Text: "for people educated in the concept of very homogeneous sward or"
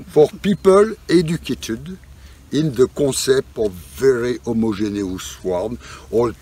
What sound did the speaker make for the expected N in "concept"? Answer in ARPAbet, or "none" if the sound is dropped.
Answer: none